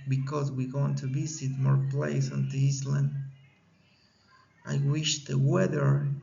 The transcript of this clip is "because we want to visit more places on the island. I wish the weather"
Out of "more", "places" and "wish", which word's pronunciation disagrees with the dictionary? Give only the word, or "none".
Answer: places